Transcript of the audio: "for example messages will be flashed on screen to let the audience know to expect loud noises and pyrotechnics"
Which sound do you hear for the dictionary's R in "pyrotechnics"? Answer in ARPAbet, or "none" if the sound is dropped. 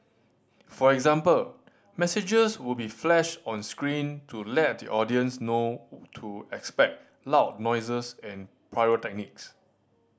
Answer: none